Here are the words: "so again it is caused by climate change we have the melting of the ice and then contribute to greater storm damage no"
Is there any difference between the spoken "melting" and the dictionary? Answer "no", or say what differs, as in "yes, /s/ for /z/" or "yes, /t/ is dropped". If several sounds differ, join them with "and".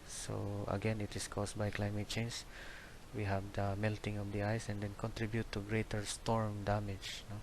no